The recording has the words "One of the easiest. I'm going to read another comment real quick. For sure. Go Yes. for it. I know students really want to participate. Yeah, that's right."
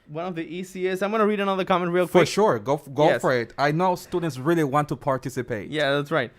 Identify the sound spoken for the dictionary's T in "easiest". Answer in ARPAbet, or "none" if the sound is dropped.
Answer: none